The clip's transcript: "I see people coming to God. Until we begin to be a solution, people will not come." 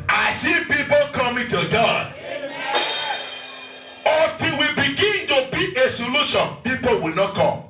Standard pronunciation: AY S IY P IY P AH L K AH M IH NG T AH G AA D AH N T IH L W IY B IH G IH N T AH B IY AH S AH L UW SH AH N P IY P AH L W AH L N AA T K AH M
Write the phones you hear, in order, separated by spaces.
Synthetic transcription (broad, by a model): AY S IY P IY P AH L K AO M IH T AH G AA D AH T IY W IY B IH G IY N T AH B IY AH S AH L UW SH AH N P IY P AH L W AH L N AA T K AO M